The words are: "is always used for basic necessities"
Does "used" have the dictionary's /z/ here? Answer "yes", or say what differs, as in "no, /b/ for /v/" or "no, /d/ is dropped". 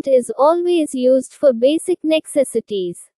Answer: yes